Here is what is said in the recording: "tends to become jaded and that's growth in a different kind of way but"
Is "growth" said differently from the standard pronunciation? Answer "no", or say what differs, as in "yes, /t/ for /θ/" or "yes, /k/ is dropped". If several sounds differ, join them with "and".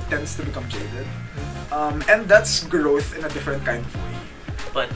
no